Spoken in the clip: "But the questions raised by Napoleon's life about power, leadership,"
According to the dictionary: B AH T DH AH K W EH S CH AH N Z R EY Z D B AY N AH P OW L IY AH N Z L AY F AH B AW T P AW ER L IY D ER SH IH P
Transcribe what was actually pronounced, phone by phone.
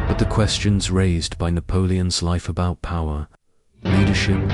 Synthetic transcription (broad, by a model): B AH T DH AH K W EH S CH AH N Z R EY Z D B AY N AH P OW L IY AH N Z L AY F AH B AW T P AW ER L IY D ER SH IH P